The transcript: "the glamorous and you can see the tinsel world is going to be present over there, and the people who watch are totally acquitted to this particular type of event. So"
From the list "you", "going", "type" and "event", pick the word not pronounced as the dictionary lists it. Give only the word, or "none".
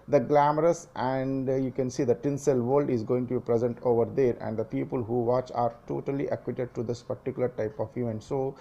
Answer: event